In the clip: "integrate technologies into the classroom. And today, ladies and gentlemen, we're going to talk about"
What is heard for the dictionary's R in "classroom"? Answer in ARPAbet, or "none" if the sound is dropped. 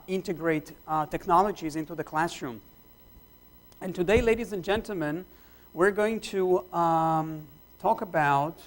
R